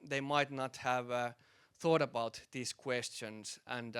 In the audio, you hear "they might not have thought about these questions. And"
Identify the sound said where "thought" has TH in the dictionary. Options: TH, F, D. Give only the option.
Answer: TH